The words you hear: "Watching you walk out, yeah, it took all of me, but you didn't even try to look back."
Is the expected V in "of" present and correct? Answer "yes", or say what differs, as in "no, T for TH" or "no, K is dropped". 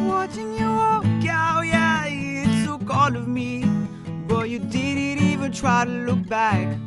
yes